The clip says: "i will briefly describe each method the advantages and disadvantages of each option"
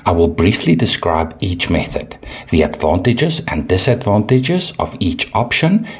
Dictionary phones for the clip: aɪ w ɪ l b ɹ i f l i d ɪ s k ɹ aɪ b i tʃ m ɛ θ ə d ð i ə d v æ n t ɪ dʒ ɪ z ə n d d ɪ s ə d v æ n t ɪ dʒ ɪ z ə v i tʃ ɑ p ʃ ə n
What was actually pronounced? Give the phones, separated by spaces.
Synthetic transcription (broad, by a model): aɪ w ɪ l b ɹ i f l i d ɪ s k ɹ aɪ b i tʃ m ɛ θ ə d ð i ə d v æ n t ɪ dʒ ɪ z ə n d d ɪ s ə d v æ n t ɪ dʒ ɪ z ə v i tʃ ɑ p ʃ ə n